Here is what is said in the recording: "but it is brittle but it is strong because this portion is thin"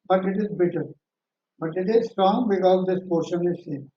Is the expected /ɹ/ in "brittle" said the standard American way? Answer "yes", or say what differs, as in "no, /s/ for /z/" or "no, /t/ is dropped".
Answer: no, /ɹ/ is dropped